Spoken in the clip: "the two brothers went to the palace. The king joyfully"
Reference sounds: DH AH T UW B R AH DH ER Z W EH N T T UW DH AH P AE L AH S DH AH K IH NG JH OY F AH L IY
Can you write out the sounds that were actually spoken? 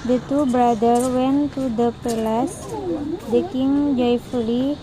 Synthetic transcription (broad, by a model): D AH T UW B R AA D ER W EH N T T UW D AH P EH L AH S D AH K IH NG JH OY F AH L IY